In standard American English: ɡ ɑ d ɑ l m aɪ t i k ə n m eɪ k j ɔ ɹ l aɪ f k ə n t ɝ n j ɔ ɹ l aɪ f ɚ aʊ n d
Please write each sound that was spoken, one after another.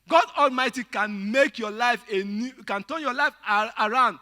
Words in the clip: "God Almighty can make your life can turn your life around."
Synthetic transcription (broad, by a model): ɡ ɑ d ɑ l m aɪ t i k ə n m eɪ k j ɔ l aɪ f k ə n t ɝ n j ɔ l aɪ f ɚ aʊ n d